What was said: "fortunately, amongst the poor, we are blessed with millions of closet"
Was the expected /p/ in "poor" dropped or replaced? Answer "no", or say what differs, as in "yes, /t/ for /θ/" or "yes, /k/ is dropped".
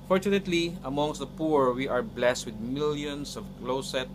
no